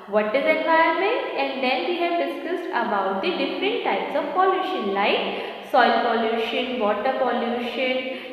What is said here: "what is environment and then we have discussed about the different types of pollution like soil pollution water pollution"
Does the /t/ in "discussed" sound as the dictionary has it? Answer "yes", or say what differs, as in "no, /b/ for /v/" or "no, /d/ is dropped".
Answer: yes